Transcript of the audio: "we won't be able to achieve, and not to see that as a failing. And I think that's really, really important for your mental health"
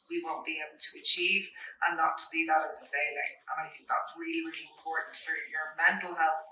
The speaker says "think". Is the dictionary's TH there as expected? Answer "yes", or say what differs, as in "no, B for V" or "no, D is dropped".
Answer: yes